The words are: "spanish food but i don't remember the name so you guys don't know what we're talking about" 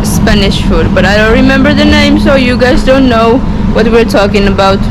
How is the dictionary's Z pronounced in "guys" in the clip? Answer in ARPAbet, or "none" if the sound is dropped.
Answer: Z